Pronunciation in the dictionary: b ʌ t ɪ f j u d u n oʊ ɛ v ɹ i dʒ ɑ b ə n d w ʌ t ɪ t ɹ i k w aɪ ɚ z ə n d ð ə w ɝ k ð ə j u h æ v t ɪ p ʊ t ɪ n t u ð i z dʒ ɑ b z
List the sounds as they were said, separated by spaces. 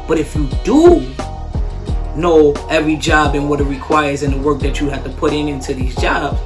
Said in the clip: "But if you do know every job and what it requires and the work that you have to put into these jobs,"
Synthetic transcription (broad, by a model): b ʌ t ɪ f j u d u n oʊ ɛ v ɹ i dʒ ɑ b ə n w ʌ t ɪ t ɹ i k w aɪ ɚ z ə n ð ə w ɝ k ð ə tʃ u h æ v t ɪ p ʊ t ɪ n t u ð i z dʒ ɑ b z